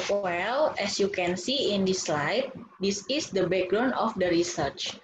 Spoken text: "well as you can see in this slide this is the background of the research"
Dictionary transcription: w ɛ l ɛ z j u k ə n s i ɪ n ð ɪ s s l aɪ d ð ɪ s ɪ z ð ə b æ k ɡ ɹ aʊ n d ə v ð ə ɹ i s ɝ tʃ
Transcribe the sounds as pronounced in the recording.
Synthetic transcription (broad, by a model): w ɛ l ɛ s j u k ə n s i ɪ n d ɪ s s l aɪ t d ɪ s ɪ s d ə b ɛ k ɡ ɹ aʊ n ə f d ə ɹ i s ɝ tʃ